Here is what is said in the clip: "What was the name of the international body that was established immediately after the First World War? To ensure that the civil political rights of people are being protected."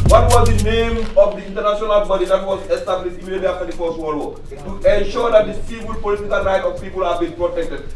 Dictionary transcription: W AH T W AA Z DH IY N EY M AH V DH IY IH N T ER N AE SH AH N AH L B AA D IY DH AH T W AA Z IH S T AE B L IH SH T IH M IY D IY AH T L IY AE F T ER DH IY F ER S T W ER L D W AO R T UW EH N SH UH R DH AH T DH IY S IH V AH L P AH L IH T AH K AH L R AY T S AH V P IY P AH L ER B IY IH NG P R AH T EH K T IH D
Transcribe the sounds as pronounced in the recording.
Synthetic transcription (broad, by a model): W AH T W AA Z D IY N EY M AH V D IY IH N T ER N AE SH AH N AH L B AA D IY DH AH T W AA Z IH S T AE B L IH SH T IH M IY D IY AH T L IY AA F T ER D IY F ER S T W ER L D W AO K T UW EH N SH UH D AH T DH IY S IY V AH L P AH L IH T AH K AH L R AY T AH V P IY P AH L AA B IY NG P R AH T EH K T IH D